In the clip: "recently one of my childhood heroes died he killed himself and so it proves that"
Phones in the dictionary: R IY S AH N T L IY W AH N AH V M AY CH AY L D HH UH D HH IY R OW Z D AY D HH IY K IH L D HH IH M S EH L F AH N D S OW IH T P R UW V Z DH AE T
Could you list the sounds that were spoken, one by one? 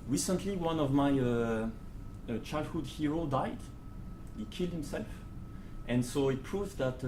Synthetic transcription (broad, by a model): R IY S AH N T L IY W AH N AH V M AY CH AY L D HH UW D HH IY R OW D AY D HH IY K IH L D HH IH M S EH L F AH N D S OW IH T P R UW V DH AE T